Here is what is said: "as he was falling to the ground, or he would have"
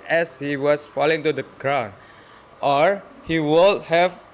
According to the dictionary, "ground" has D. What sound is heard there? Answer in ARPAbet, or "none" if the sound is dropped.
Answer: none